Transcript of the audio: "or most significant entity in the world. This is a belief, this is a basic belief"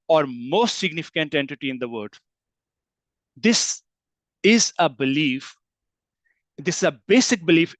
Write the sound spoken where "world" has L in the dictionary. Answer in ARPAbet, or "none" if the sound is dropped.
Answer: none